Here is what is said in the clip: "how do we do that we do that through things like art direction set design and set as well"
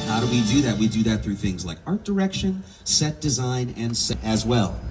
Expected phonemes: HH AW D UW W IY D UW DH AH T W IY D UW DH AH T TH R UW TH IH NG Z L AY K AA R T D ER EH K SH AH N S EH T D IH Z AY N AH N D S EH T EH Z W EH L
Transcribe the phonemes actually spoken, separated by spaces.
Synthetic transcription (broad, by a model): HH AW D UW W IY D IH DH AH T W IY D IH DH AH T TH R UW TH IH NG Z L AY K AA R T D ER EH K SH AH N S EH T D IH Z AY N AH N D S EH IH Z W EH L